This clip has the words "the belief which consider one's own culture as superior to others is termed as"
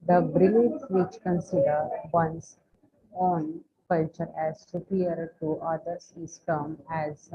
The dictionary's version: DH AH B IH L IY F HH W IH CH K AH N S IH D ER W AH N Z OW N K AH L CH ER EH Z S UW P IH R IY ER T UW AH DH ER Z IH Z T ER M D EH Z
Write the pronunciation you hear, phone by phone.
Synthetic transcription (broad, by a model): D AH B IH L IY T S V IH CH K AH N S IH D ER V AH N S OW N K AH L CH ER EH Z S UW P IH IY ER T UW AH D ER S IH S T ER M EH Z